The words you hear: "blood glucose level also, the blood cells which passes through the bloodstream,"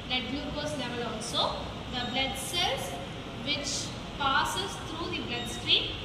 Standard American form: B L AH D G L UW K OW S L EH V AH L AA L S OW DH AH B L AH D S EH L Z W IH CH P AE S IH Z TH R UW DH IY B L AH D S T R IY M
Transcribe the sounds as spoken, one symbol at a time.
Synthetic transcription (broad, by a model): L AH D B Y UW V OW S L EH V AH L AA L S OW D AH B L AH D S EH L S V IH CH P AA S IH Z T R UW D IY B L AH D S T R IY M